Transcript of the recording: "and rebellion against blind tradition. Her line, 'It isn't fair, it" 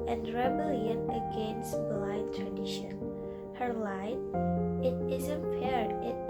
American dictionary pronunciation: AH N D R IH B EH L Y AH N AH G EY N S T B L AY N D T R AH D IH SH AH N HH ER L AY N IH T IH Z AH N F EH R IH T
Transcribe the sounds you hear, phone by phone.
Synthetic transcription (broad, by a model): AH N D R IH B EH L Y AH N AH G EY N S T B L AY D T R AH D IH SH AH N HH ER L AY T IH T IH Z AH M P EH R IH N